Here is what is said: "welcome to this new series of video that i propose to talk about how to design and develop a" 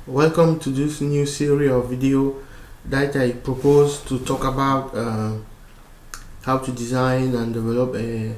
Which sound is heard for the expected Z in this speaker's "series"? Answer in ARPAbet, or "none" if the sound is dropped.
none